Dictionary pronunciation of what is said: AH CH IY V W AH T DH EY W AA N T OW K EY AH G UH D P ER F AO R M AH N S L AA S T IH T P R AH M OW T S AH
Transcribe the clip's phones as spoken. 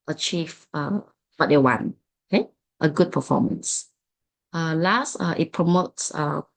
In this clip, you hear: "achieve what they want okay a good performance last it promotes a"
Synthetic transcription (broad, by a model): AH CH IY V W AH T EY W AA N OW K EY AH G UH D P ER F AO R M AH N S L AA S T IH T P R AH M OW T S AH